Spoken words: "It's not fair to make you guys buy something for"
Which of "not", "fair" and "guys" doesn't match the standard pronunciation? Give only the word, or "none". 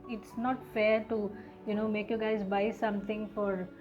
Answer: none